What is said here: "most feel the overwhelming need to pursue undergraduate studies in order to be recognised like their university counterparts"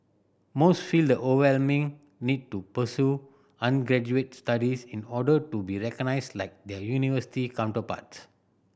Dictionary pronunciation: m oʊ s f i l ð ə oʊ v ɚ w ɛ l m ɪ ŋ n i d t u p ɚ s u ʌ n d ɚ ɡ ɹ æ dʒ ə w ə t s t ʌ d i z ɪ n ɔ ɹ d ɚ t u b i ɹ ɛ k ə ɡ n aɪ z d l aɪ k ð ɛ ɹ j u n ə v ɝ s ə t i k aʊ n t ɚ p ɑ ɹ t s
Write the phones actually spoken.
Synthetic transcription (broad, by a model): m oʊ s f i l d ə oʊ ɚ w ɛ l m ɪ ŋ n i d t u p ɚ s u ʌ n ɡ ɹ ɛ dʒ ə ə t s t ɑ d i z ɪ n ɔ d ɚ t u b i ɹ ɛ k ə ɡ n aɪ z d l aɪ k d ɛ j u n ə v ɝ s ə t i k aʊ n t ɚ p ɑ t s